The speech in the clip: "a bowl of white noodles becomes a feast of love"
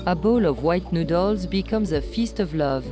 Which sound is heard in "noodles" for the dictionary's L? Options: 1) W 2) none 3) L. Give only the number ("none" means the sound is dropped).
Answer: 3